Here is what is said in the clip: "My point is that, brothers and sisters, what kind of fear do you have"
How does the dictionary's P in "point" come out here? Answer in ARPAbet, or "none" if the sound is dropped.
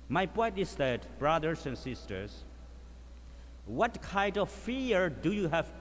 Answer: P